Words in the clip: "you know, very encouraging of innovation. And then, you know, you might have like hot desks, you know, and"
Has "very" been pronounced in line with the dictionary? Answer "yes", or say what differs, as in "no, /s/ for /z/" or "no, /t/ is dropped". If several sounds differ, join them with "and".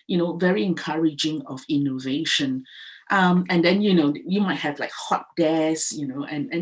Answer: yes